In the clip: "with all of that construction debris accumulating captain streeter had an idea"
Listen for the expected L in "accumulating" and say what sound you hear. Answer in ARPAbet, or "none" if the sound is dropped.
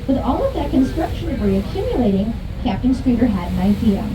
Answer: L